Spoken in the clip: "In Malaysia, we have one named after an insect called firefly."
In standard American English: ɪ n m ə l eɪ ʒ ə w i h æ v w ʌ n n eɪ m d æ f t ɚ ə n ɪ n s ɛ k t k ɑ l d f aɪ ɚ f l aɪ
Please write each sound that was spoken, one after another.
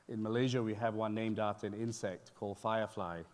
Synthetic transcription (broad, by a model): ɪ n m ə l eɪ ʒ ə w i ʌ v w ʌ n n eɪ m d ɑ t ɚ ə n ɪ n s ɛ k t k ɑ l d f aɪ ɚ f l aɪ